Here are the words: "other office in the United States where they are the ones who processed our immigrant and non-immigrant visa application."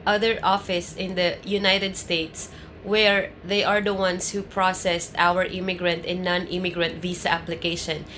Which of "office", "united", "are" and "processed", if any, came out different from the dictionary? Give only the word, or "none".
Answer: none